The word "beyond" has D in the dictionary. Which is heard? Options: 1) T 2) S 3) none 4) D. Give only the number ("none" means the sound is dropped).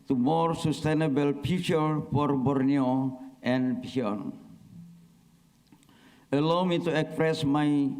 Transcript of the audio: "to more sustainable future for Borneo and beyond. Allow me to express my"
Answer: 3